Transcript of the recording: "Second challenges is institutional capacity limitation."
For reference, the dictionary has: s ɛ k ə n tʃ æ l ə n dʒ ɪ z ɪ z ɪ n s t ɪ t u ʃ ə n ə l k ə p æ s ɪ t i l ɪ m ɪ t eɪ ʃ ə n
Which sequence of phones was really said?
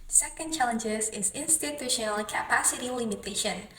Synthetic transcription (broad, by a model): s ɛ k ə n tʃ æ l ə n dʒ ɪ z ɪ z ɪ n s t ɪ t u ʃ ə n ə l k ə p æ s ɪ t i l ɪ m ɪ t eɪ ʃ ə n